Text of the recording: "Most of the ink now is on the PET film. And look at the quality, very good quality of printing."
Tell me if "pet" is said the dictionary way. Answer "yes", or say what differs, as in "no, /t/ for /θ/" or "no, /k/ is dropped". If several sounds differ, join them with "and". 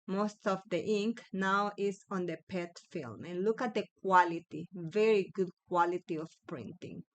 yes